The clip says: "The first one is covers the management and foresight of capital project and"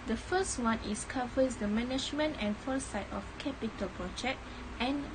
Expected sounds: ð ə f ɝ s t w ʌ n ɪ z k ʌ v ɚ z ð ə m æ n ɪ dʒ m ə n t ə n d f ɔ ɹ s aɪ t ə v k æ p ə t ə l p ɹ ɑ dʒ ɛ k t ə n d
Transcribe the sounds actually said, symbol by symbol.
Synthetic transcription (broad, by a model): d ə f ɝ s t w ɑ n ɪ s k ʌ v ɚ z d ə m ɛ n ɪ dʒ m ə n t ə n f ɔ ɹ s aɪ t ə f k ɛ p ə t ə l p ɹ ɑ dʒ ɛ k t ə n